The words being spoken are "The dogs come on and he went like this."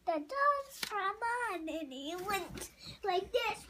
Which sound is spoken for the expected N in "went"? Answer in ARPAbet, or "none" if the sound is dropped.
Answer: N